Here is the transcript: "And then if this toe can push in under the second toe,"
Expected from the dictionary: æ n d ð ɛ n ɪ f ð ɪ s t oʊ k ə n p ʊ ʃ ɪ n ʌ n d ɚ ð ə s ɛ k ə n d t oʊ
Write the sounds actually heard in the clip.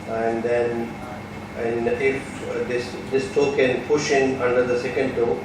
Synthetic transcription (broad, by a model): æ n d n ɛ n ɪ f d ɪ s t oʊ k ə n p ʊ ʃ ɪ n ʌ n d ɚ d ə s ɛ k ə n d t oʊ